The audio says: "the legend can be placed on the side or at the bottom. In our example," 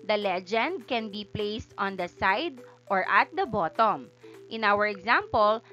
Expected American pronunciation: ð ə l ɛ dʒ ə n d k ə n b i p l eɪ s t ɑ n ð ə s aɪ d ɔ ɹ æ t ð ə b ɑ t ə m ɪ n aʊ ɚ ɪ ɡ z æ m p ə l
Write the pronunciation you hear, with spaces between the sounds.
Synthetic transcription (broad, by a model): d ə l ɛ dʒ ə n d k ə n b i p l eɪ s t ɑ n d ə s aɪ d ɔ ɹ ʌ t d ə b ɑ t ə m ɪ n aʊ ɚ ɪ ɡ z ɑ m p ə l